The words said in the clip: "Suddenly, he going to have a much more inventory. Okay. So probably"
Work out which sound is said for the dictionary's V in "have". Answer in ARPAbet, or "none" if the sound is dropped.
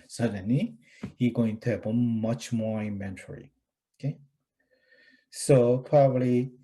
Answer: B